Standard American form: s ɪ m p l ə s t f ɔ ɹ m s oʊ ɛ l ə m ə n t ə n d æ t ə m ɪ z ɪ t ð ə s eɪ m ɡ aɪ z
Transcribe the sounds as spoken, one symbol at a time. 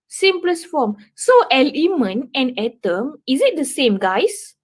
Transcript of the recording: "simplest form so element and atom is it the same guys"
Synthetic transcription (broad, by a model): s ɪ m p l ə s f ɔ m s oʊ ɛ l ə m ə n ə n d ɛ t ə m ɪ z ɪ t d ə s eɪ m ɡ aɪ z